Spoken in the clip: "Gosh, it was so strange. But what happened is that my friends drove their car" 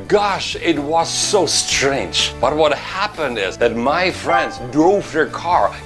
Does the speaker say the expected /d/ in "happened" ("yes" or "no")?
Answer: yes